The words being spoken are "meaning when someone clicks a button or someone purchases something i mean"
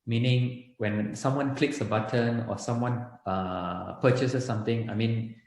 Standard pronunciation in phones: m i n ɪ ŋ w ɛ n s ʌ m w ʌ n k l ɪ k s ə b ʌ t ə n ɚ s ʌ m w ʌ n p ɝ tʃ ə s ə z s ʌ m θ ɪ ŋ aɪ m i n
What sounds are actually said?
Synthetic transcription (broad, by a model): m i n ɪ ŋ w ɛ n s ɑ m w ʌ n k l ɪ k s ə b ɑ t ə n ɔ s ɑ m w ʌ n p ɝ tʃ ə s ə s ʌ m t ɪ ŋ aɪ m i n